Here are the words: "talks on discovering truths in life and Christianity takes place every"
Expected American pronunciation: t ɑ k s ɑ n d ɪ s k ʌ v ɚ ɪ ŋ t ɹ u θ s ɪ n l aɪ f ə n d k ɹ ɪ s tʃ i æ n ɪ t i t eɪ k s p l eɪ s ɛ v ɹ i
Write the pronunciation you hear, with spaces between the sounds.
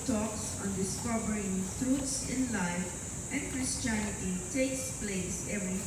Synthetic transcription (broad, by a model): t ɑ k s ɑ n d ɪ s k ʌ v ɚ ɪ ŋ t ɹ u t s ɪ n l aɪ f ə n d k ɹ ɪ s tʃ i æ n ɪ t i t eɪ k s p l eɪ s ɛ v ɹ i